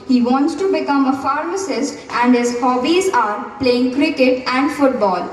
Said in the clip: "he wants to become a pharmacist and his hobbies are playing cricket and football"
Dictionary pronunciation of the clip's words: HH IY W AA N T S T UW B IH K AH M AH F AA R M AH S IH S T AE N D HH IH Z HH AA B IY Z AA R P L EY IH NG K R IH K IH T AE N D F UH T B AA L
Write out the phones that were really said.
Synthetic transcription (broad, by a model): HH IY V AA N T S T UW B IH K AH M AH F AA R M AH S IH S T AE N D HH IH Z HH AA B IY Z AA R P L EY IH NG K R IH K IH T AE N D F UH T B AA L